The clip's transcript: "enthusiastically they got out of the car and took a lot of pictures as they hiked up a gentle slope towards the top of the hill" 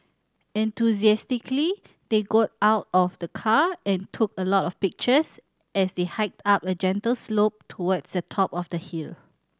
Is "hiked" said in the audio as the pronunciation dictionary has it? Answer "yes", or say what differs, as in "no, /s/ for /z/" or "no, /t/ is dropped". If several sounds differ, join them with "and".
yes